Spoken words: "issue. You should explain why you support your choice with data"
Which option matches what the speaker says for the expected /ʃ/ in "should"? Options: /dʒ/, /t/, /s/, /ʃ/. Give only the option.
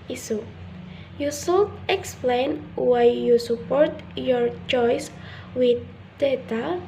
/s/